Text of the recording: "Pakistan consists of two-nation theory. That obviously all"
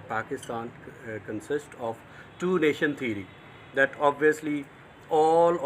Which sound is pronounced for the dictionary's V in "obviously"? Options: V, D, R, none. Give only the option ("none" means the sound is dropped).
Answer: V